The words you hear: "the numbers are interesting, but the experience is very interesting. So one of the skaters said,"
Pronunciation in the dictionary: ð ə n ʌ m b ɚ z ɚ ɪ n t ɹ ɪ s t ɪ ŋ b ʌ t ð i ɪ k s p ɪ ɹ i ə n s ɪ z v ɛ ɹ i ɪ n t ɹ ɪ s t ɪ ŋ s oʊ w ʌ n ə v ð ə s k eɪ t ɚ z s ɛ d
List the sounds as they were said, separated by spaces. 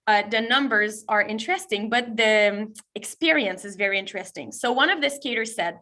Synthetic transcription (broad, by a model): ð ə n ʌ m b ɚ z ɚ ɪ n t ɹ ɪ s t ɪ ŋ b ʌ t ð i ɪ k s p ɪ ɹ i ə n s ɪ z v ɛ ɹ i ɪ n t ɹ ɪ s t ɪ ŋ s oʊ w ʌ n ə v ð ə s k eɪ t ɚ z s ɛ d